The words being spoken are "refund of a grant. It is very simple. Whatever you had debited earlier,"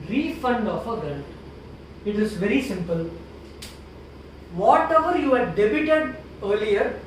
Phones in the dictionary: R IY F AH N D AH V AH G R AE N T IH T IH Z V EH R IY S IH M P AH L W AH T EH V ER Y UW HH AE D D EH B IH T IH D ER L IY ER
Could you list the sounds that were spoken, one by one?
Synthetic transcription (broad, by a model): R IY F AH N D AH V AH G EH L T IH T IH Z V EH R IY S IH M P AH L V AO T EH V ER Y UW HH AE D D EH B IH T IH D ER L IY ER